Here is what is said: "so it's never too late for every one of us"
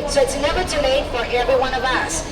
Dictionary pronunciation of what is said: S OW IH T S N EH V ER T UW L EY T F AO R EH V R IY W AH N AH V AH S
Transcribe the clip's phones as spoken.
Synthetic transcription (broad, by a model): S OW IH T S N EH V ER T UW N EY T F AO R EH V R IY W AH N AH V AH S